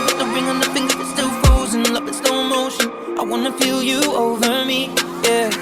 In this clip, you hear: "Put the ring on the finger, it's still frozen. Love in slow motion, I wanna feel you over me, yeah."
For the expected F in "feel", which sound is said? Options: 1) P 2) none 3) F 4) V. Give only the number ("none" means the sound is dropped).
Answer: 1